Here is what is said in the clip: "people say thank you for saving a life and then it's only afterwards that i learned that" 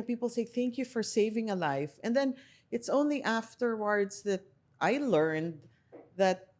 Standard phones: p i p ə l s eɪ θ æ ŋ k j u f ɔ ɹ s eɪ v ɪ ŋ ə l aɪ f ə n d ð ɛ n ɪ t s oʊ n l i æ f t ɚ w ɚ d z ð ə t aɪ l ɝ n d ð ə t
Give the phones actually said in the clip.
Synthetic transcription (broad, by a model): p i p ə l s eɪ θ æ ŋ k j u f ɔ ɹ s eɪ v ɪ ŋ ə l aɪ f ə n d ð ɛ n ɪ t s oʊ n l i æ f t ɚ w ɚ d z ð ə t aɪ l ɝ n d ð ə t